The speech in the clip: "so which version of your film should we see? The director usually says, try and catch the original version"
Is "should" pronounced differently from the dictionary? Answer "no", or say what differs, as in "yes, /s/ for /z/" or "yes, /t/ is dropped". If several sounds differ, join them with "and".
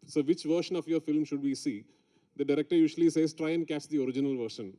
no